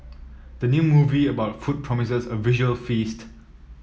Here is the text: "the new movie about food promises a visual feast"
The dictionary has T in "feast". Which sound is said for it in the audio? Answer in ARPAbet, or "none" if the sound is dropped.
T